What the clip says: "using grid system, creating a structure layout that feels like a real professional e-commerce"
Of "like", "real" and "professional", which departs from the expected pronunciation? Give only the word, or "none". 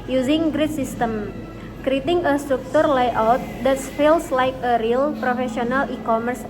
professional